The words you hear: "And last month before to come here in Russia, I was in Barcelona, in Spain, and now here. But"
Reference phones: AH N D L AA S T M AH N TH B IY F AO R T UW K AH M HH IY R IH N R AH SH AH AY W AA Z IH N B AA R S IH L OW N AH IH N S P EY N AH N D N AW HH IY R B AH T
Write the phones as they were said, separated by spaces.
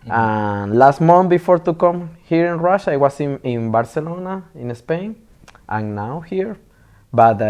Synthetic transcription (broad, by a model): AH N L AA S T M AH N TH B IY F AO R T UW K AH M HH IY R IH N R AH SH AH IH W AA S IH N B AA R S IH L OW N AH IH N S P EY N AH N N AW HH IY R B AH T